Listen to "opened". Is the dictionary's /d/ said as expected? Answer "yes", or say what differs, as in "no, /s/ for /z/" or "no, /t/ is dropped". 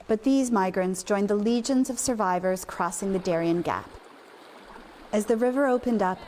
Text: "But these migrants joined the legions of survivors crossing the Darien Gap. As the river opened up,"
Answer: yes